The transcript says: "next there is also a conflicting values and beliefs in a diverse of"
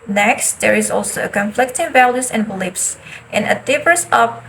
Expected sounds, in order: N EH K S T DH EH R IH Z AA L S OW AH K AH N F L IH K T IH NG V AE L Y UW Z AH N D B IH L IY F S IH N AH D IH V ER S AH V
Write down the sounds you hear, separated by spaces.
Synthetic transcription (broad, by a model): N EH K S T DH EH R IH Z AA L S OW AH K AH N F L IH K T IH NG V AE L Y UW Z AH N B L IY P S IH N AH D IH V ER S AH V